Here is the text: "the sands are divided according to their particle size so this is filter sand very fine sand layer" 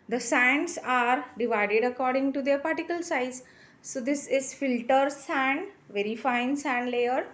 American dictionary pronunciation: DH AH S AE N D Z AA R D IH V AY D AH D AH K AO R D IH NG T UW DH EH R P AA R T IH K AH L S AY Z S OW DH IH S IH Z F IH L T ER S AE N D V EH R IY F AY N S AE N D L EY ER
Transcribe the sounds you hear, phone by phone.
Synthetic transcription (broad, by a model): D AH S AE N D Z AA R D IH V AY D AH D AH K AO R D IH NG T UW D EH R P AA R T IH K AH L S AY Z S OW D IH S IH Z F IH L T ER S AE N D V EH R IY F AY N S AE N D L EY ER